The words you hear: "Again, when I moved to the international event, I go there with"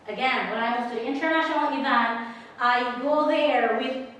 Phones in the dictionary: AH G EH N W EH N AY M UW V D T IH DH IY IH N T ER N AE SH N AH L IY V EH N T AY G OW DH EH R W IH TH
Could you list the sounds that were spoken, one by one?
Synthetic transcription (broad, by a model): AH G EH N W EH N AY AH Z T IH DH IY IH N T ER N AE SH N L IY V EH N T AY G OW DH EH R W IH